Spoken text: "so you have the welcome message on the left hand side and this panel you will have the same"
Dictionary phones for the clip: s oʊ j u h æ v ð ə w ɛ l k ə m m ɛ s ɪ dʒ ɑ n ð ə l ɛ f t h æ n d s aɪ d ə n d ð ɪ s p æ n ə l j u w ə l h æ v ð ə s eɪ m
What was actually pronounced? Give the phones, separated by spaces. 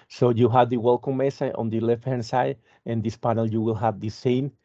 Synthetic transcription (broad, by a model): s oʊ j u h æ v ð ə w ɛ l k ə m m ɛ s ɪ ɑ n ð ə l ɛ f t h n s aɪ d ə n d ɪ s p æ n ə l j u w ə l h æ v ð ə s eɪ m